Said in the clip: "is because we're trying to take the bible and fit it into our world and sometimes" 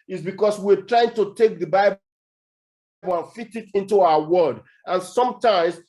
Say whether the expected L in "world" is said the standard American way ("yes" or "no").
no